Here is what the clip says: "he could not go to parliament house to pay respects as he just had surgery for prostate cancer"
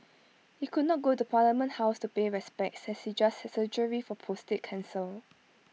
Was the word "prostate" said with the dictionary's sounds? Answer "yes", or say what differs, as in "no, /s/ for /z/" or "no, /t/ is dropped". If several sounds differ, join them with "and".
no, /ɹ/ is dropped